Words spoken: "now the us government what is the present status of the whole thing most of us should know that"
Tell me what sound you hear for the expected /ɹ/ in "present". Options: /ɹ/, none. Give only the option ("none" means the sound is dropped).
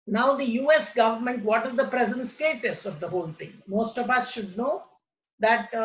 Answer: /ɹ/